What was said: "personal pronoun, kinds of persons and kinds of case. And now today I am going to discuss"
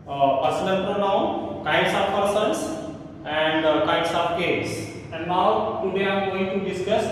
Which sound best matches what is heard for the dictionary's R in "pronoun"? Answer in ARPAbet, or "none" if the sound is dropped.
R